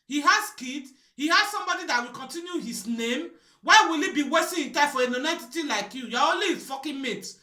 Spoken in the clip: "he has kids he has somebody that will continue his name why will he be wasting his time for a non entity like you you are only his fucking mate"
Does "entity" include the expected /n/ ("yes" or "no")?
no